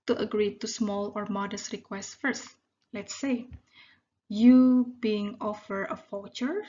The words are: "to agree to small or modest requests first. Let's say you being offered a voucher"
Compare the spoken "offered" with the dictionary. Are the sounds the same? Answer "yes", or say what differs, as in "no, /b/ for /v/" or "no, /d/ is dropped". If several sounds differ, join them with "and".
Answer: no, /d/ is dropped